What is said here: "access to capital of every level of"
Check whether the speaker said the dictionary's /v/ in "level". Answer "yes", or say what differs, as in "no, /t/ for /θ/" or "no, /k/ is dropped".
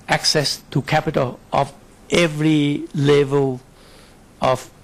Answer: yes